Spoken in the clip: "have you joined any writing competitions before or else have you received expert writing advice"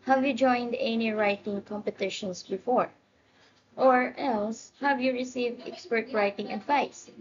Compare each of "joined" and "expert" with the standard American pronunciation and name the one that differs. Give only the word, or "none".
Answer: none